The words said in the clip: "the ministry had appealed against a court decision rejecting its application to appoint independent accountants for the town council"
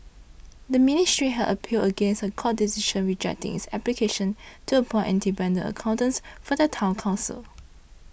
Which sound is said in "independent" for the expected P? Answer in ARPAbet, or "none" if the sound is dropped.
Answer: B